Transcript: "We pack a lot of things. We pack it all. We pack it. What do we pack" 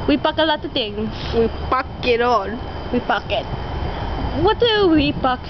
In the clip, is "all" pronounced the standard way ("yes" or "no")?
no